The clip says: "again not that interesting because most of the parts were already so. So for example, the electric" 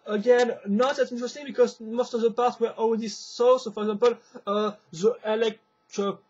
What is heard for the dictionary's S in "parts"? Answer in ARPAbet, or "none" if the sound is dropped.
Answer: none